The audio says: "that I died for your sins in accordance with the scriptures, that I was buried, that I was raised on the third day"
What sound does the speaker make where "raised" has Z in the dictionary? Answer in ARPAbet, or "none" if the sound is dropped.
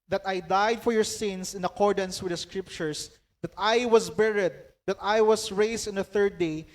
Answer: S